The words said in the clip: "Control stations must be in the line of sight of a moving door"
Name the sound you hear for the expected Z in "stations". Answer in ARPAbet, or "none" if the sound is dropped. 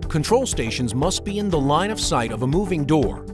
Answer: Z